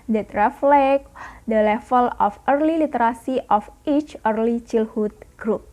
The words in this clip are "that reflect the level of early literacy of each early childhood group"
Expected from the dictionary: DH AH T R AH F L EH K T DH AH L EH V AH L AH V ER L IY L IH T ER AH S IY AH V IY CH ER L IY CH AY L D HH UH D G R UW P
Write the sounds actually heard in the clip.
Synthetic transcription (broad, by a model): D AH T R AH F L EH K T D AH L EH F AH L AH F ER L IY L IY T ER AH S IY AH F IY CH ER L IY CH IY L HH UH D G R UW P